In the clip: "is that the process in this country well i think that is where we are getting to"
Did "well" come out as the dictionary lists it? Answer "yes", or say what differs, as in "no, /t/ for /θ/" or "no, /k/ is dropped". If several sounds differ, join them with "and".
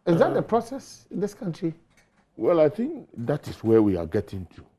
yes